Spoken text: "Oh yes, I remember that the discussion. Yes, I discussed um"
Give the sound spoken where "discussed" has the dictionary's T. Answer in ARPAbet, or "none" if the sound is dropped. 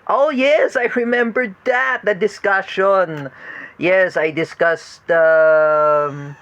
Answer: T